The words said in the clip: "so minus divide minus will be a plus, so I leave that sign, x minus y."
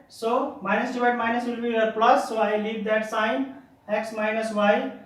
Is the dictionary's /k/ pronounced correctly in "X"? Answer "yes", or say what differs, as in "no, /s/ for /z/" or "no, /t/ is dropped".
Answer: yes